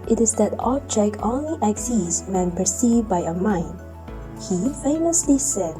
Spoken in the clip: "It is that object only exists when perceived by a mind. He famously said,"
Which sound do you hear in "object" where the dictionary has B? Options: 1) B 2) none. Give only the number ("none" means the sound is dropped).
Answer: 2